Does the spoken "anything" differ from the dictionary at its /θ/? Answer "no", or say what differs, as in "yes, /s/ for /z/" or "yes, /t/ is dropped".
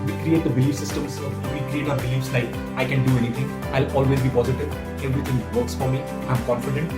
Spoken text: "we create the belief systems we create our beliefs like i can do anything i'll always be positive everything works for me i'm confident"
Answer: yes, /t/ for /θ/